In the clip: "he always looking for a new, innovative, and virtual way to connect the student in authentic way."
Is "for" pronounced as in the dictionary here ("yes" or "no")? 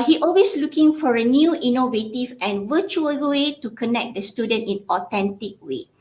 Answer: yes